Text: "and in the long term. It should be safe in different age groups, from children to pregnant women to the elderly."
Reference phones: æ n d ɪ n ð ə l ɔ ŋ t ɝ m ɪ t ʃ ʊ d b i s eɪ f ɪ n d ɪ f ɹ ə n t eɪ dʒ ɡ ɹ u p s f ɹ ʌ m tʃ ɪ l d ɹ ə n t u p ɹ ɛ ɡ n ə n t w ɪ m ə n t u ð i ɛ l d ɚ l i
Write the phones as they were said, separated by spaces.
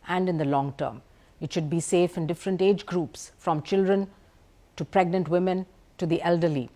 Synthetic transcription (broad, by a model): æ n d ɪ n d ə l ɔ ŋ t ɝ m ɪ t ʃ ʊ d b i s eɪ f ɪ n d ɪ f ɹ ə n t eɪ dʒ ɡ ɹ u p s f ɹ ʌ m tʃ ɪ l d ɹ ə n t u p ɹ ɛ ɡ n ə n t w ɪ m ə n t u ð i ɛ l d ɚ l i